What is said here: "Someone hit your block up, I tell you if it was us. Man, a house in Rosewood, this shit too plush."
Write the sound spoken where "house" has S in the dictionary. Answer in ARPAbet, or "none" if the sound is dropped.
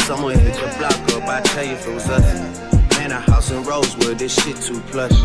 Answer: S